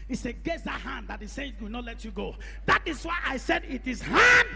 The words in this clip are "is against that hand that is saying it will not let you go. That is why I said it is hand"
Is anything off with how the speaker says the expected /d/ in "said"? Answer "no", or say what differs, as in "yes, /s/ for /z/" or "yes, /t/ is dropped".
no